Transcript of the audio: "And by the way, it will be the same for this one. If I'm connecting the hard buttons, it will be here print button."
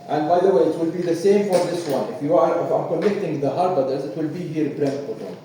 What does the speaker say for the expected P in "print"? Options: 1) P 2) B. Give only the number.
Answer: 2